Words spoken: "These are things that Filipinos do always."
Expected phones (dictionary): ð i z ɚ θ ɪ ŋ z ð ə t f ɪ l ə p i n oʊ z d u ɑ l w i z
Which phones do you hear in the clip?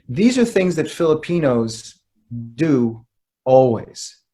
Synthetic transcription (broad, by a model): ð i z ɚ θ ɪ ŋ z ð ə t f ɪ l ə p i n oʊ z d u ɑ l w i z